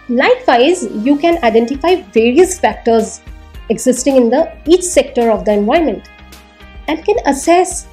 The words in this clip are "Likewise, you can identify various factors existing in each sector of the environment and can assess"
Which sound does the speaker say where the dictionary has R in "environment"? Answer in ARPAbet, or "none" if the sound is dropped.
none